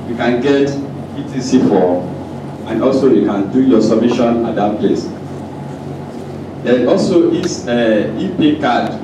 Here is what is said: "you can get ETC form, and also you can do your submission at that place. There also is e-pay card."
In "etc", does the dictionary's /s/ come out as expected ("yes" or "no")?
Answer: no